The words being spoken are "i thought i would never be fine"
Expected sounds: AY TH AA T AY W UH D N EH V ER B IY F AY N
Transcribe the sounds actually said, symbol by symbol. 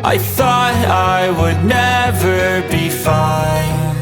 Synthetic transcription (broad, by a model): AY TH AA T AY W UH D N EH V ER B IY F AY N